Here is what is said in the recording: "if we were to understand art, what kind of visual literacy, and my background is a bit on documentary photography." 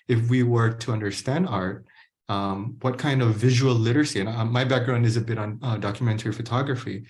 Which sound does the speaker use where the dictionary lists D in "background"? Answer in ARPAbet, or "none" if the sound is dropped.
D